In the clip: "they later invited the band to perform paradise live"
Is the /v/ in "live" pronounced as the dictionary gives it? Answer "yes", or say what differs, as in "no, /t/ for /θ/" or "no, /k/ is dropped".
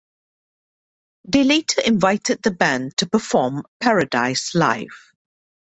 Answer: no, /f/ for /v/